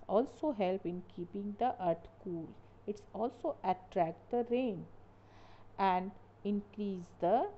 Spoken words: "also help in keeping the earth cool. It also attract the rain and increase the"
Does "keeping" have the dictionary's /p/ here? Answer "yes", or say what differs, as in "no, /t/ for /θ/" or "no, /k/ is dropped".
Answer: yes